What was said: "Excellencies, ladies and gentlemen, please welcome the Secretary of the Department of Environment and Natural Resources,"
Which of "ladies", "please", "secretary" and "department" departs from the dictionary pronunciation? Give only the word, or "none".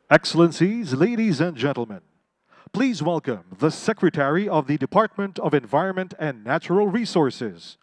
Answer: none